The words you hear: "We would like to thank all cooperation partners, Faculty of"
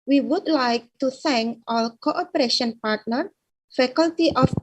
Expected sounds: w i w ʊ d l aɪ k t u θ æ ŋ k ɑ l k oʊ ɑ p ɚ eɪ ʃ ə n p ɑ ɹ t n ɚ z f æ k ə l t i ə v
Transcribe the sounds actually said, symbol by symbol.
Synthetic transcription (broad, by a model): w i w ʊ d l aɪ k t u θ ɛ ŋ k ɑ l k oʊ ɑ p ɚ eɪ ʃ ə n p ɑ ɹ t n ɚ f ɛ k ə l t i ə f